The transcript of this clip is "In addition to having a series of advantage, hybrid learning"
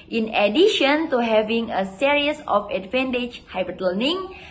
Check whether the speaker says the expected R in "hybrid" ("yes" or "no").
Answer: no